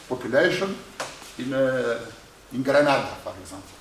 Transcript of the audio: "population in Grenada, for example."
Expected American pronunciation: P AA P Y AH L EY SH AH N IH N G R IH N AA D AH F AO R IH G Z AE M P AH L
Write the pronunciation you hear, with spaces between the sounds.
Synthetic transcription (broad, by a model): P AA P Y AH L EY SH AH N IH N G R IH N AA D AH P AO R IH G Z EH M P L